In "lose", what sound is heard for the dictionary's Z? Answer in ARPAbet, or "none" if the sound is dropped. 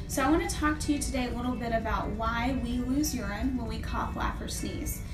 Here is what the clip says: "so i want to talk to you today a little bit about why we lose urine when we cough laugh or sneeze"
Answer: Z